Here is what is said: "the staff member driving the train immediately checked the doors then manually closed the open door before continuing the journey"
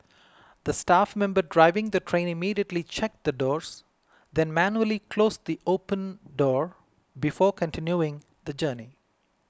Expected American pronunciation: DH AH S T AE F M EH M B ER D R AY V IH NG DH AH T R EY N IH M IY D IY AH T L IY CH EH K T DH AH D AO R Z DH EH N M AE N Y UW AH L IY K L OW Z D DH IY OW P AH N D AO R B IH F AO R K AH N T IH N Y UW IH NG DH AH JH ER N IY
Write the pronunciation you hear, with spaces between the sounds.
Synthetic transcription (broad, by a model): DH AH S T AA F M EH M B ER D R AY V IH NG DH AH T R EY N IH M IY D IY AH T L IY CH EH K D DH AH D AO R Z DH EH N M AE N Y UW AH L IY K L OW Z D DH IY OW P AH N D AO R B IH F AO R K AH N T IH N Y UW IH NG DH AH JH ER N IY